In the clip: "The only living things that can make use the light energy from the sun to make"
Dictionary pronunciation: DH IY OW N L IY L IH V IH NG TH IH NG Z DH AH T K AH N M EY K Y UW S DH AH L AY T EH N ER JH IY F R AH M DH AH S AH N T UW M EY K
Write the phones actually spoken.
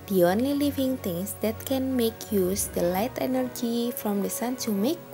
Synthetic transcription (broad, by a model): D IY OW N L IY L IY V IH NG T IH NG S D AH T K AH N M EY K Y UW S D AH L AY T EH N ER JH IY F R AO M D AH S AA N S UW M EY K